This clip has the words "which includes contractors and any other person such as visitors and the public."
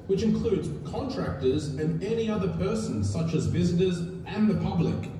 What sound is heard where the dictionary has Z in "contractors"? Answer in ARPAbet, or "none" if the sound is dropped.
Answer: Z